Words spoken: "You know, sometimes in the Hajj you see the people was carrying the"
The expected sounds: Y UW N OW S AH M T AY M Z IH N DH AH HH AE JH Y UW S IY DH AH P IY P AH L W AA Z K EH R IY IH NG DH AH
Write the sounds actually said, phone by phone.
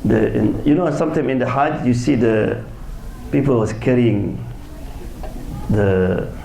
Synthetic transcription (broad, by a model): Y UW N OW S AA M T AY M IH N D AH HH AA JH Y UW S IY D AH P IY P AH L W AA S K EH R IY IH NG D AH